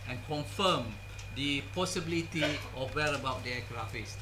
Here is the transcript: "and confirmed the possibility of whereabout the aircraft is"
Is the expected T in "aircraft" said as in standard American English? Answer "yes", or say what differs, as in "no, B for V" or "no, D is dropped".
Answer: no, T is dropped